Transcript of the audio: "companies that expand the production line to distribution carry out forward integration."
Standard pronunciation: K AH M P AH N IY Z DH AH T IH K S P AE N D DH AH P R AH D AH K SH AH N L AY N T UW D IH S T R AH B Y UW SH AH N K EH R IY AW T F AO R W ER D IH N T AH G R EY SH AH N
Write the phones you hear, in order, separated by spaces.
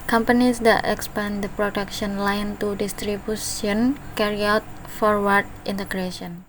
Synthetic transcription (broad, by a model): K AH M P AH N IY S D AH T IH K S P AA N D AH P R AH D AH K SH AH N L AY N T UW D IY S T R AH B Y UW S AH N K EH R IY AW T F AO R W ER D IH N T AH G R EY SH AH N